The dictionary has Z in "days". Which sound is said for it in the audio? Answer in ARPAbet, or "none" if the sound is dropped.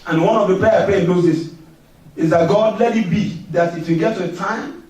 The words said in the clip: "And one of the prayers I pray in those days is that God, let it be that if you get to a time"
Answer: S